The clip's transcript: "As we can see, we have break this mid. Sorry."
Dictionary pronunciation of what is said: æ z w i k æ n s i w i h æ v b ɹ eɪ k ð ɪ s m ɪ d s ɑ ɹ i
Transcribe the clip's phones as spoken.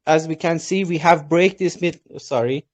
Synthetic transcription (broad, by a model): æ z w i k æ n s i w i h æ v b ɹ eɪ k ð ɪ s m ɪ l s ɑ ɹ i